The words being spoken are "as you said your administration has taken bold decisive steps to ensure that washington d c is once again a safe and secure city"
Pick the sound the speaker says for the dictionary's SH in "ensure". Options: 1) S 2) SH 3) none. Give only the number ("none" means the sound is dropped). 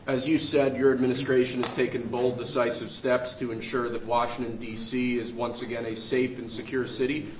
2